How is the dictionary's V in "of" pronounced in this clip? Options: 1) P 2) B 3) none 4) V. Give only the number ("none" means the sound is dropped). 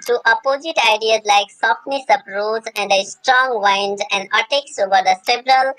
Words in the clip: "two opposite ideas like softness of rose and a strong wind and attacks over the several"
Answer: 1